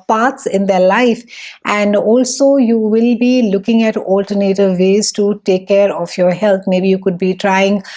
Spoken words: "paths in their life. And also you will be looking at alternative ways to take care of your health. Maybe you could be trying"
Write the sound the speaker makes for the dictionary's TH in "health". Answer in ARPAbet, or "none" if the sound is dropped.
T